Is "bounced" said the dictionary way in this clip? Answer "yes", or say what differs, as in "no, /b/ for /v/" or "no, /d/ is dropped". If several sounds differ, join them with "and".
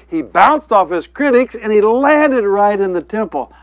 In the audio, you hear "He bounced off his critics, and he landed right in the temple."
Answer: yes